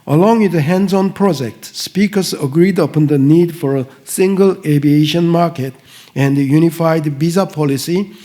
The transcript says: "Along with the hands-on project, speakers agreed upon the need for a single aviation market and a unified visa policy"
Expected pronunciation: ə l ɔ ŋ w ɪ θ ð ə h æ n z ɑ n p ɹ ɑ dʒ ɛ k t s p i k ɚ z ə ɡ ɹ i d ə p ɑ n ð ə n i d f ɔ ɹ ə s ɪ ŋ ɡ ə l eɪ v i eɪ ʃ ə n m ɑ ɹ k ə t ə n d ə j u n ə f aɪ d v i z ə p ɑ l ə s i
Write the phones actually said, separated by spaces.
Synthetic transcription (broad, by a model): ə l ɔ ŋ w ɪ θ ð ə h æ n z ɑ n p ɹ ɑ dʒ ɛ k t s p i k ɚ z ə ɡ ɹ i d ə p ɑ n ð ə n i d f ɔ ɹ ə s ɪ ŋ ɡ ə l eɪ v i eɪ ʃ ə n m ɑ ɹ k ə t ə n d j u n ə f aɪ d b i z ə p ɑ l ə s i